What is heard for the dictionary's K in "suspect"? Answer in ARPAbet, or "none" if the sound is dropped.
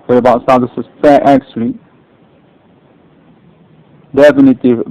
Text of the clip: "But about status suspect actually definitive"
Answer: none